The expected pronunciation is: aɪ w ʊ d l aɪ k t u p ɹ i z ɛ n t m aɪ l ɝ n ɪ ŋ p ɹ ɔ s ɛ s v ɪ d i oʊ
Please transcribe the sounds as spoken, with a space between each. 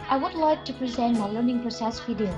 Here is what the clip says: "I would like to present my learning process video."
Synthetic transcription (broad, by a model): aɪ w ʊ d l aɪ k t u p ɹ i z ɛ n t m aɪ l ɝ n ɪ ŋ p ɹ ɔ s ɛ s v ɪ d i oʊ